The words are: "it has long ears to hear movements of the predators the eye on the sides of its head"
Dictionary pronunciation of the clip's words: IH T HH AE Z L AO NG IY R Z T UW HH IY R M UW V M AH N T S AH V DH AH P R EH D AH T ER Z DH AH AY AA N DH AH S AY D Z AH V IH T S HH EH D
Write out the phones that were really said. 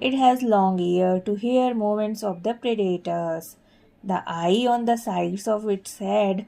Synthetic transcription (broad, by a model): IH T HH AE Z L AO NG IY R T UW HH IY R M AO M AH N T S AH V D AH P R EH D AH T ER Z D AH AY AA N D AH S AY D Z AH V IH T S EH D